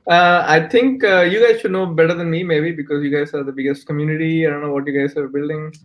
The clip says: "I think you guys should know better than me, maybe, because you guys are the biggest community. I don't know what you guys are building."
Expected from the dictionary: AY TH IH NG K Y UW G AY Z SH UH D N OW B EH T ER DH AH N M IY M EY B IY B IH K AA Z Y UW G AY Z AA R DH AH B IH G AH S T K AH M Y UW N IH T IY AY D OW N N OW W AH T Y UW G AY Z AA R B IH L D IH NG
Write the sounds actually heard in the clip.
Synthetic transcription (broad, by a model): AY T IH NG K Y UW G AY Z SH UH D N OW B EH T ER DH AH N M IY M EY B IY B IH K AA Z Y UW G AY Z AA R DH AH B IH G AH S T K AH M Y UW N IH T IY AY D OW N N OW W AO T Y UW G AY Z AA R B IH L D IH NG